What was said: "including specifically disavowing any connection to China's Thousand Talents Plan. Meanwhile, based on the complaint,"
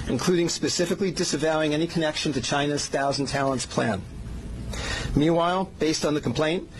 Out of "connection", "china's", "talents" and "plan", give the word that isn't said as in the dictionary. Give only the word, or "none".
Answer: none